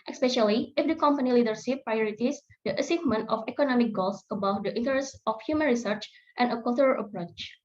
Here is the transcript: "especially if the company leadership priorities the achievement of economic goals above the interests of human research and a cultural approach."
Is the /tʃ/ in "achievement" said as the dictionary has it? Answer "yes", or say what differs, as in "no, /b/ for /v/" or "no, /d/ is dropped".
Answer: no, /s/ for /tʃ/